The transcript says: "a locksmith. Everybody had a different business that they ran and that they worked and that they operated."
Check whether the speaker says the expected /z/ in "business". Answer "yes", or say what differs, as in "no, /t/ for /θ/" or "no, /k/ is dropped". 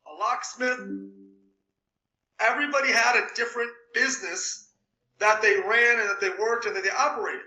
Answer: yes